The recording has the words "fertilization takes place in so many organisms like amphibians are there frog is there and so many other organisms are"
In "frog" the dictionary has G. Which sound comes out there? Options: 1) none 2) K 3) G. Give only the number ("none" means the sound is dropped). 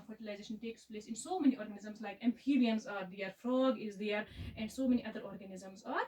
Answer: 3